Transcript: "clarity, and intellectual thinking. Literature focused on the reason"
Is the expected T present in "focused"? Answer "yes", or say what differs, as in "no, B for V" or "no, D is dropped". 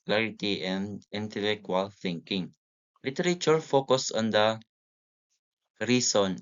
no, T is dropped